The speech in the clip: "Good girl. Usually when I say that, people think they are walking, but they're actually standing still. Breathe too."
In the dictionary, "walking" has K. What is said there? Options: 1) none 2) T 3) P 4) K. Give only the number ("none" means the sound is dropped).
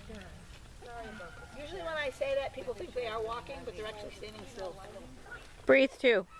4